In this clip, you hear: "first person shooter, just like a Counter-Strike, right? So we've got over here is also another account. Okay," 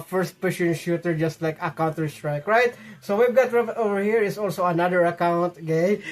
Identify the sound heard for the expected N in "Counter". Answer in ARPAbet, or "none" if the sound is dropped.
N